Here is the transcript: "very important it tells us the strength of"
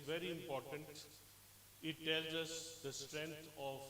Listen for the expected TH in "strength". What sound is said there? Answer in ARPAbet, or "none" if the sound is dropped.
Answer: T